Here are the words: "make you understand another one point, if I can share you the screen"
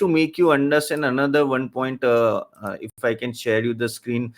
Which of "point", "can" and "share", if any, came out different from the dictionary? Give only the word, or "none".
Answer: none